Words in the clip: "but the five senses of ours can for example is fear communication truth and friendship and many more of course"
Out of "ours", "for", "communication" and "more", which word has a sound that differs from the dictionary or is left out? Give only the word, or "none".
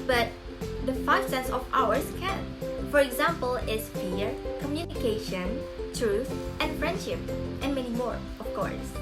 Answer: ours